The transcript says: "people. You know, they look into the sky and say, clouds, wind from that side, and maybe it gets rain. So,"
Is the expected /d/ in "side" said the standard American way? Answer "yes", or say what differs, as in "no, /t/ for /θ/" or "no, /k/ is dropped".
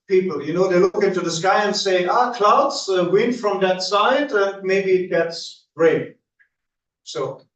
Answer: yes